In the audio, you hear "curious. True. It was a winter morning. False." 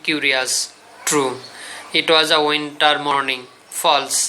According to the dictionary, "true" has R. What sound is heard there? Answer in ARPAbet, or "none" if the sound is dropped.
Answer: R